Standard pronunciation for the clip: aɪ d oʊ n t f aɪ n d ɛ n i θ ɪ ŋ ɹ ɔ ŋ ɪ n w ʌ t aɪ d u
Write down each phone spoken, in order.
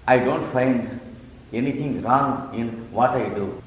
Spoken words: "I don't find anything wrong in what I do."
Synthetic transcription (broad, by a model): aɪ d oʊ n t f aɪ n d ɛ n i t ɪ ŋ ɹ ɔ ŋ ɪ n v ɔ t aɪ d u